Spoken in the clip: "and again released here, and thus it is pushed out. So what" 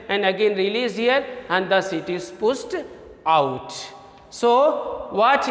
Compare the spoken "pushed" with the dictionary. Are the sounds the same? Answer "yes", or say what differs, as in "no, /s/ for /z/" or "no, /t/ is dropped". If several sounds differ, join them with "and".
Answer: no, /s/ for /ʃ/